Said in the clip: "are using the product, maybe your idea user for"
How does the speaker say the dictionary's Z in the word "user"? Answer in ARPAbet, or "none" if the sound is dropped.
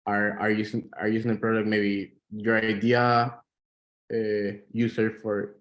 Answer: S